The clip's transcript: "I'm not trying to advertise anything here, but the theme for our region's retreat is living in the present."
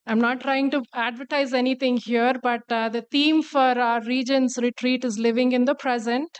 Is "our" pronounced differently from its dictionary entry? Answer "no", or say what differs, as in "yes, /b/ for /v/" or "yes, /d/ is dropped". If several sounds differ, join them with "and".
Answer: no